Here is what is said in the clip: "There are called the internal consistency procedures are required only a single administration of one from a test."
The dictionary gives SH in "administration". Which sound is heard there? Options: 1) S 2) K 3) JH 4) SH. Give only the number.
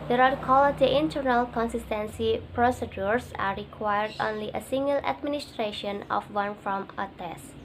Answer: 4